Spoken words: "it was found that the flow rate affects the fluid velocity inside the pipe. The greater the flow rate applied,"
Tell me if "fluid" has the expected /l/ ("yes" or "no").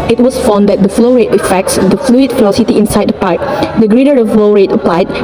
yes